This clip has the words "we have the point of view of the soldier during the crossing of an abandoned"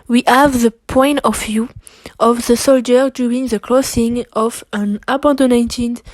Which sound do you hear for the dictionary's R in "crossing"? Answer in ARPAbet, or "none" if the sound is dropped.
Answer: L